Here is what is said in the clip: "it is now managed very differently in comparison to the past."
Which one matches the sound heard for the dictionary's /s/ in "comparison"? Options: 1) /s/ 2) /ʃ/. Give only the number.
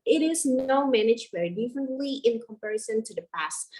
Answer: 1